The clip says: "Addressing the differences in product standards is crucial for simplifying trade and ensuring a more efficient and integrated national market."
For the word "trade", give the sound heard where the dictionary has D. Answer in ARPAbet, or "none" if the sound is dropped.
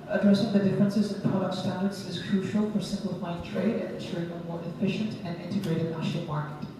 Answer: D